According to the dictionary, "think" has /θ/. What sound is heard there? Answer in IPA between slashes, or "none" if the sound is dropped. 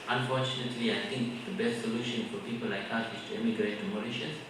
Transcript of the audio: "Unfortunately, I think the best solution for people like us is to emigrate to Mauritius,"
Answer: /t/